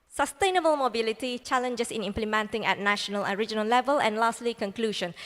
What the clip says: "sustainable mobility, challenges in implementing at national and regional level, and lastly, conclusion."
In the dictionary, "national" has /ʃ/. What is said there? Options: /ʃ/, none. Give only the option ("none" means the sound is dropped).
/ʃ/